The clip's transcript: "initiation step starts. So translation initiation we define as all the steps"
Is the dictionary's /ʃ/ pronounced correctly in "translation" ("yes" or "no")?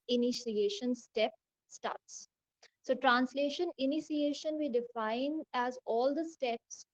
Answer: yes